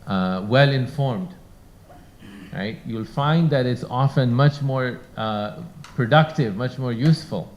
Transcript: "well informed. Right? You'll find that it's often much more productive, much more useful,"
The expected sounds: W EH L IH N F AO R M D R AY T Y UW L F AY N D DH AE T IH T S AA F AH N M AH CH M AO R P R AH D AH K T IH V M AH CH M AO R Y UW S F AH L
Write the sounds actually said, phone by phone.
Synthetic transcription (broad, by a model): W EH L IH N F AO R M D R AY T Y UW L F AY N D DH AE T IH T S AA F AH N M AH CH M AO R P R AH D AH K T IH V M AH CH M AO R Y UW S F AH L